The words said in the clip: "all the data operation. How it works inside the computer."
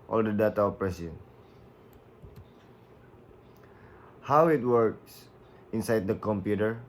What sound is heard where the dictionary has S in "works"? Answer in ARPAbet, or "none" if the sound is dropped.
S